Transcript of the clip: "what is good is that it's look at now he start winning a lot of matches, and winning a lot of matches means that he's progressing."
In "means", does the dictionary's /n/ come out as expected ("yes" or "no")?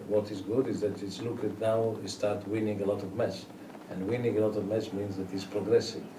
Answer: yes